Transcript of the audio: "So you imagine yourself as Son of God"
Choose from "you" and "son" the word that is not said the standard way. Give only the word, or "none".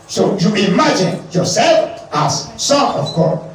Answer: son